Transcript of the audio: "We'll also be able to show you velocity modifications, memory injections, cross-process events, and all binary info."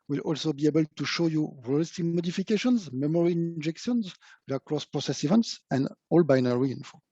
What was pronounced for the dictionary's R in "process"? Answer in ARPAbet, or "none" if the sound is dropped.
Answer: R